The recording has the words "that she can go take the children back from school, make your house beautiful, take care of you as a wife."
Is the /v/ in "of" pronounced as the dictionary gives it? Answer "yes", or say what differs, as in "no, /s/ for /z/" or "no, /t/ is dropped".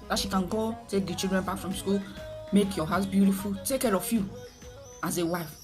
no, /f/ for /v/